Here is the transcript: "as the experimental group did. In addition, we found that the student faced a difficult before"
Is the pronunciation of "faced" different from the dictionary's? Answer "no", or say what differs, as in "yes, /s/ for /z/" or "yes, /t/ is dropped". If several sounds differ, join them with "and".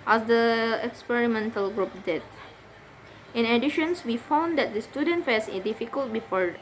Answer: yes, /t/ is dropped